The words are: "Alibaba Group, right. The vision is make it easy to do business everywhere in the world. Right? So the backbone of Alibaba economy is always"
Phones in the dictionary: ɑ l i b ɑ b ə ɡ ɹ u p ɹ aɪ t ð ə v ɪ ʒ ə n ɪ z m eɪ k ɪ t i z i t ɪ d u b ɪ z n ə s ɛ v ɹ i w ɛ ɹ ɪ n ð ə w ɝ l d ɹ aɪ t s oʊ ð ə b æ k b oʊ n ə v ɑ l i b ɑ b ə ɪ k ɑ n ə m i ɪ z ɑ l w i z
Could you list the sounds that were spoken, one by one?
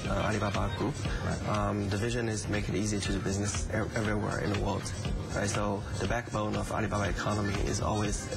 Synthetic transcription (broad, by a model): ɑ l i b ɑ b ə ɡ ɹ u p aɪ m ð ə v ɪ ʒ ə n ɪ z m eɪ k ɪ t i z i t ɪ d b ɪ z n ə s ɛ v ɹ i w ɛ ɹ ɪ n ð ə w ɝ l d ɹ aɪ t s oʊ ð ə b æ k b oʊ n ə v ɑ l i b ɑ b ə ɪ k ɑ n ə m i ɪ z ɑ l w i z